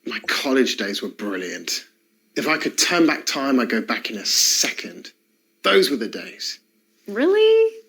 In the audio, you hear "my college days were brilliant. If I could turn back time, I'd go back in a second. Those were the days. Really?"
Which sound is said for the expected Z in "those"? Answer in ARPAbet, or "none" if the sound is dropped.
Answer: Z